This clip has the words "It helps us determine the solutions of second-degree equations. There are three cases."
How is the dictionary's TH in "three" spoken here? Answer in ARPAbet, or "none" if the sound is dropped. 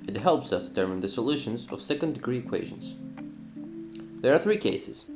TH